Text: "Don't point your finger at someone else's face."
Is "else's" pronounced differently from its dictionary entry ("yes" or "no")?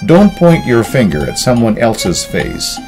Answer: no